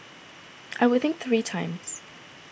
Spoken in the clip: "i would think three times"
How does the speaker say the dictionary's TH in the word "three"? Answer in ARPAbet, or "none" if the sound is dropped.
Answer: TH